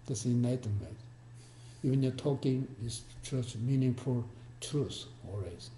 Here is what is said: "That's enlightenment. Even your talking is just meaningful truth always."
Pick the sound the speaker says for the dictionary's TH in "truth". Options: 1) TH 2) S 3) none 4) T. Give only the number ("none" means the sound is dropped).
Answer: 2